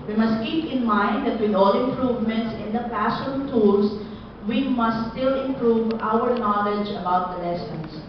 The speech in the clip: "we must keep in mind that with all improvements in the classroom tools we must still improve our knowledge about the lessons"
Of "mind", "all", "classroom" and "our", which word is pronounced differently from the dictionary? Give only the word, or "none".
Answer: classroom